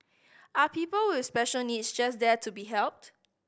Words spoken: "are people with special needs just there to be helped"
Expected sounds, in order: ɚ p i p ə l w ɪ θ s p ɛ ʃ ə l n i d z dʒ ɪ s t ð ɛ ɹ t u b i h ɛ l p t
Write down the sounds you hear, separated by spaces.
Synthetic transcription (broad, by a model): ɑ p i p ə l w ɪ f s p ɛ ʃ ə l n i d s dʒ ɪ s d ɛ t u b i h ɛ l p t